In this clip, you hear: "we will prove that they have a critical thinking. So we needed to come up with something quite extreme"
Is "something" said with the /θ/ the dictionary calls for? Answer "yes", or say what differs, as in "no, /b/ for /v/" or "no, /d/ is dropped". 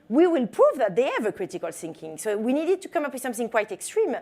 yes